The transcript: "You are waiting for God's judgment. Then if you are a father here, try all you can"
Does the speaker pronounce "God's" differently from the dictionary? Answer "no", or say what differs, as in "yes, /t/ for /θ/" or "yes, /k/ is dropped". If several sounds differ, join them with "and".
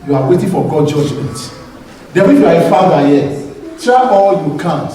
yes, /z/ is dropped